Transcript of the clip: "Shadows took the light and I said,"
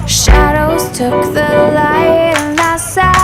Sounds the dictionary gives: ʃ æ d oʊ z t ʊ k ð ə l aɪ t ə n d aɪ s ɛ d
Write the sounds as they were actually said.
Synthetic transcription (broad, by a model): ʃ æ d oʊ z t ʊ k ð ə l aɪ ə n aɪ s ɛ